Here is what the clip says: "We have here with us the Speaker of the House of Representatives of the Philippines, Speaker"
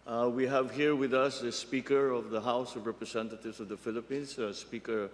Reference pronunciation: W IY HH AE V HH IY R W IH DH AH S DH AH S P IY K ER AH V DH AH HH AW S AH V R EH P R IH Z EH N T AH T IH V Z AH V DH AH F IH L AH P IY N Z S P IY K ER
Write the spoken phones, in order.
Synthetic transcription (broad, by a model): W IY HH AE V HH IY R W IH DH AH S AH S P IY K ER AH V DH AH HH AW S AH V R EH P R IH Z EH N T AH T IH V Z AH V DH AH F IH L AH P IY N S S P IY K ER